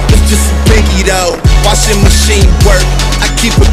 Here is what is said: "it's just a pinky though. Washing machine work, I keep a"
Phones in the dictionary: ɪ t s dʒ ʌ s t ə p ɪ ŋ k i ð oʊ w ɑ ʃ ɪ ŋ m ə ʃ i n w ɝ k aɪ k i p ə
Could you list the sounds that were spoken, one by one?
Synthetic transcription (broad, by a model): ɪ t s dʒ ʌ s t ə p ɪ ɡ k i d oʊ w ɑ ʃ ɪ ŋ m ə ʃ i n w ɝ k aɪ k i p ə